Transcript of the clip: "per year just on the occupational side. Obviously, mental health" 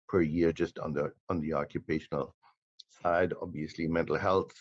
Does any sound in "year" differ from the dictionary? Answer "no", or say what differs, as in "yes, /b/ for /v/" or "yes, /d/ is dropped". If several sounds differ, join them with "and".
no